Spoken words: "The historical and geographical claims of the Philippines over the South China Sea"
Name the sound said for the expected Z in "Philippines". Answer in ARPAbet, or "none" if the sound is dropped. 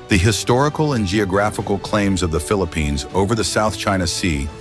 Z